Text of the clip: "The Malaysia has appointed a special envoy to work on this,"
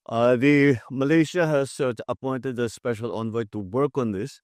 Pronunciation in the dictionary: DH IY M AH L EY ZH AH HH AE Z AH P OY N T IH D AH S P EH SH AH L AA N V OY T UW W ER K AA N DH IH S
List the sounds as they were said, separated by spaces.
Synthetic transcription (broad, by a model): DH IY M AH L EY SH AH HH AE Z AH P OY N T IH D AH S P EH SH AH L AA N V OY T UW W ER K AA N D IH S